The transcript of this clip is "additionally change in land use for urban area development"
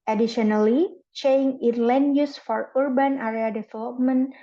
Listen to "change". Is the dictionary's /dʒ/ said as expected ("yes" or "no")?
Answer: no